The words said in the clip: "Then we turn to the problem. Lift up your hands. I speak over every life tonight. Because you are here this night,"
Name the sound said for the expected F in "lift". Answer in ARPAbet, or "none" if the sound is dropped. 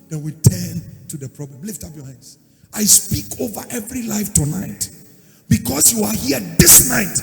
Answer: F